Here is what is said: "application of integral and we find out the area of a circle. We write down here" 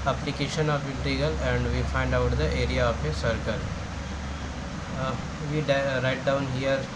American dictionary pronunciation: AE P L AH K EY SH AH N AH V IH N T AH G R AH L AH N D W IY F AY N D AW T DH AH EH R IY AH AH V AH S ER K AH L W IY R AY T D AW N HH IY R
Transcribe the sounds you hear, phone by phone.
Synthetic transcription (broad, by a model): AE P L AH K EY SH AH N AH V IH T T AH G AH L AH N D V IY F AY N D AW T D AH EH R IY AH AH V AH S ER K AH L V IY R AY T D AW N HH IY R